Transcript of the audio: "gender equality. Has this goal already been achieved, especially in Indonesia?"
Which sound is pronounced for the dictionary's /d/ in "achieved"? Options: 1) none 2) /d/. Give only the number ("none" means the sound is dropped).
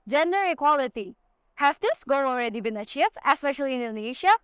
1